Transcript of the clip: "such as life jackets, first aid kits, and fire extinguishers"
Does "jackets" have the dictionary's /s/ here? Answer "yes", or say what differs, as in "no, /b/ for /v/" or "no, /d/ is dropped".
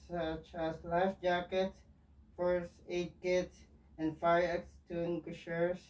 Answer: no, /s/ is dropped